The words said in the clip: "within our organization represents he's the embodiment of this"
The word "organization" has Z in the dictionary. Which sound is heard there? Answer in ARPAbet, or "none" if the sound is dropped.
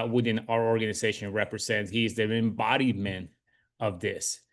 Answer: Z